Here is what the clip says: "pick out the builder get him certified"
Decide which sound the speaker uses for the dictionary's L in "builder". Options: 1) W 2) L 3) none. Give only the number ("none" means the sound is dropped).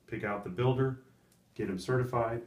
2